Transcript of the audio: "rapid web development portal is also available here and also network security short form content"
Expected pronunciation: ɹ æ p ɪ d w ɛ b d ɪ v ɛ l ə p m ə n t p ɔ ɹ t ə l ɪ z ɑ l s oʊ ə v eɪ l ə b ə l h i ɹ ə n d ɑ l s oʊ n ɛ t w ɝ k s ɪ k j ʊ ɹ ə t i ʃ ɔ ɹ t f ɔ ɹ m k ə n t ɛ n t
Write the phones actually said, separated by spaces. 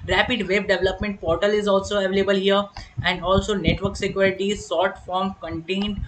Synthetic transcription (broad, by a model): ɹ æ p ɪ d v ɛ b d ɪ v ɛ l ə p m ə n t p ɔ ɹ t ə l ɪ z ɑ l s oʊ ə v eɪ l ə b ə l h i ɹ ə n d ɑ l s oʊ n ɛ t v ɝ k s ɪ k j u ɹ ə t i s ɔ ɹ t f ɔ ɹ m k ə n t ɛ n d